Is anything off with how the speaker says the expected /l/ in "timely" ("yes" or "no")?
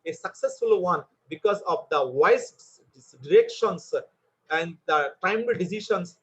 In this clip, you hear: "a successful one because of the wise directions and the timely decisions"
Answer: yes